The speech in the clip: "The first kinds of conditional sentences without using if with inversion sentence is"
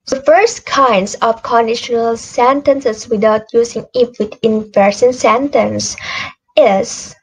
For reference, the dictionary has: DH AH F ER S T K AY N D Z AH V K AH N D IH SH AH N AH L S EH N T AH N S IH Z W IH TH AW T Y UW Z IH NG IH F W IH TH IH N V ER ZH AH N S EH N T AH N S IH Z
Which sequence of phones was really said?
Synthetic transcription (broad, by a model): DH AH F ER S T K AY N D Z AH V K AH N D IH SH AH N AH L S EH N T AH N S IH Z W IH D AW T Y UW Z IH NG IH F W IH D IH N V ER S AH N S EH N T AH N S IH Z